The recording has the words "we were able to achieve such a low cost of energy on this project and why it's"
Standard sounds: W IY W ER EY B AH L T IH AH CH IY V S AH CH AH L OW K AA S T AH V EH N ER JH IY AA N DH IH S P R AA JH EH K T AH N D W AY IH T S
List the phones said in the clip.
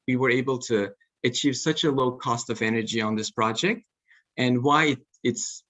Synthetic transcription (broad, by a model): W IY W ER EY B L T IH AH CH IY V S AH CH AH L OW K AA S T AH V EH N ER JH IY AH N DH IH S P R AA JH EH K T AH N W AY IH T S